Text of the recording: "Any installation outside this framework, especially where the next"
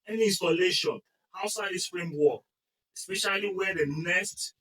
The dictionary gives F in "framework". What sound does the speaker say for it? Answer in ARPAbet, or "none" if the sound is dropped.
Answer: P